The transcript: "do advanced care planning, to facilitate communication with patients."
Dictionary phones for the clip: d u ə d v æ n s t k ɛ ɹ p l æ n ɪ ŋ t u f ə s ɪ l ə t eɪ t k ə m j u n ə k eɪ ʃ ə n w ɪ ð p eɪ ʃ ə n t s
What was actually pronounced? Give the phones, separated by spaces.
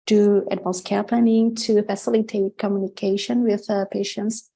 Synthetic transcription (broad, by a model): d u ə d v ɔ l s k ɛ ɹ p l æ n ɪ ŋ t u f ə s ɪ l ə t eɪ t k ə m j u n ə k eɪ ʃ ə n w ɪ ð p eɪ ʃ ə n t s